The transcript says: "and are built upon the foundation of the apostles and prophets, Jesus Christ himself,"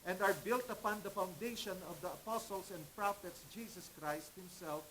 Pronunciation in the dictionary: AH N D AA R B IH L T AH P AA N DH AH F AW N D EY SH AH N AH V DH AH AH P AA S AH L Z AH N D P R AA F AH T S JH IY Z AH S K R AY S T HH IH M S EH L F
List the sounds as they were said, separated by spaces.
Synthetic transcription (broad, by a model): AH N D AA R B IH L T AH P AA N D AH F AW N D EY SH AH N AH V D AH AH P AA S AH L S AH N D P R AA F AH T S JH IY S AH S K R AY S T HH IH M S EH L F